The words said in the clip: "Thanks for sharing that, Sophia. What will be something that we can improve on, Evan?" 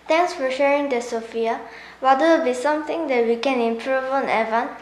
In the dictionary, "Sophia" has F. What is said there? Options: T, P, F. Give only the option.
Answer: F